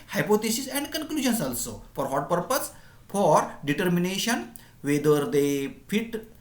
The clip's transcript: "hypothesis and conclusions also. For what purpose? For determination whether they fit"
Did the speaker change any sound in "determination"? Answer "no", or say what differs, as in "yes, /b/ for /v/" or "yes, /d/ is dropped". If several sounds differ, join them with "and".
no